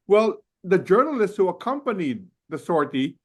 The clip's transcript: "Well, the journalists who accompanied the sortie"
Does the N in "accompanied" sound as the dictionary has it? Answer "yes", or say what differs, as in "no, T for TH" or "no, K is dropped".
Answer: yes